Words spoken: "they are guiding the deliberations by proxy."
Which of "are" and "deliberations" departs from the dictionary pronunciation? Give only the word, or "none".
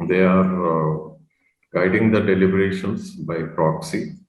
deliberations